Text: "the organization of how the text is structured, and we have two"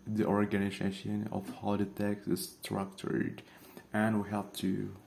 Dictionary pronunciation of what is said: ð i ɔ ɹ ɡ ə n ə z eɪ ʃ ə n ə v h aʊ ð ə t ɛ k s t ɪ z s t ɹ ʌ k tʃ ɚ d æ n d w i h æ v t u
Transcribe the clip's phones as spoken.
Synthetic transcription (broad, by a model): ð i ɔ ɹ ɡ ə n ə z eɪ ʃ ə n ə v h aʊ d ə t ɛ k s ɪ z s t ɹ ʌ k tʃ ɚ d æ n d w i h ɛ p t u